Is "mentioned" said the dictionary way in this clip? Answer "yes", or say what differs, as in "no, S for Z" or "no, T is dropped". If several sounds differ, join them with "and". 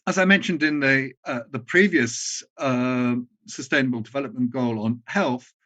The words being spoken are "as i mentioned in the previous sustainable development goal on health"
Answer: yes